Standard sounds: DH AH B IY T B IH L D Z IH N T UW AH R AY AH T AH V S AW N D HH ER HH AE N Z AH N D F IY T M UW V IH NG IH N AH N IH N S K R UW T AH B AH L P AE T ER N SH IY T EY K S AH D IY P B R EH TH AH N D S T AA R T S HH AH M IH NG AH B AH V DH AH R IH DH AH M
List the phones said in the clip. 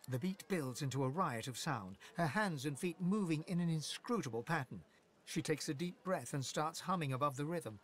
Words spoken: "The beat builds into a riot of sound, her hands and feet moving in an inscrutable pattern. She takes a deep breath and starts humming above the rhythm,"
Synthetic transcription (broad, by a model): DH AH B IY T B IH L D Z IH N T UW AH R AY AH T AH V S AW N D HH ER HH AE N Z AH N F IY T M UW V IH NG IH N AH N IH N S K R UW T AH B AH L P AE T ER N SH IY T EY K S AH D IY P B R EH TH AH N S T AA R T S HH AH M IH NG AH B AH V DH AH R IH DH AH M